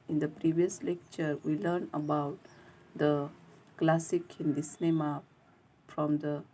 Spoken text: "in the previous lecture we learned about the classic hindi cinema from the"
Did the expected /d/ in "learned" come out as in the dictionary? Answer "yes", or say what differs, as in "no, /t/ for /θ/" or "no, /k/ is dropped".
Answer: no, /d/ is dropped